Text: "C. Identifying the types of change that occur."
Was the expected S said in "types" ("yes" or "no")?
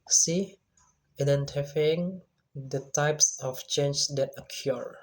yes